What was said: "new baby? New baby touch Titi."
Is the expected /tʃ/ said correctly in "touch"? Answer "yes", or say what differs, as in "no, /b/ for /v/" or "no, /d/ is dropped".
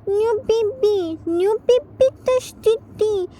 no, /s/ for /tʃ/